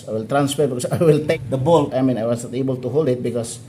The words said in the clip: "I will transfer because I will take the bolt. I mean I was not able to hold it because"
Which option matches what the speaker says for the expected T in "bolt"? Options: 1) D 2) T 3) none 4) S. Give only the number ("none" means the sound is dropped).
3